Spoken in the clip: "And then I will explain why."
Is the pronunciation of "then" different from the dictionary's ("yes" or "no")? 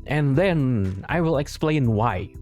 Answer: no